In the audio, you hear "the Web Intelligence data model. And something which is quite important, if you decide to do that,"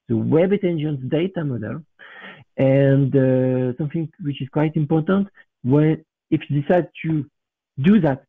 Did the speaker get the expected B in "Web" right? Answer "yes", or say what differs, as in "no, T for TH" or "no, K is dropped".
yes